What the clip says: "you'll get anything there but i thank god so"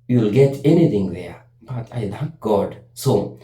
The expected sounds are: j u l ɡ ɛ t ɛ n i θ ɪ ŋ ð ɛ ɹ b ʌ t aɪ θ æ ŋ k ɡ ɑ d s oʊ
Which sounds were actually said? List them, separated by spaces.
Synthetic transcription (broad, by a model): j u l ɡ ɛ t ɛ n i t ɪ ŋ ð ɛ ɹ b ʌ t aɪ t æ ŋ k ɡ ɑ d s oʊ